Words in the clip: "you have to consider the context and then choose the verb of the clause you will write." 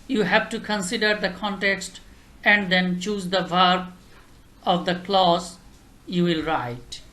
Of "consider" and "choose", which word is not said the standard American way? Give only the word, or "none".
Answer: none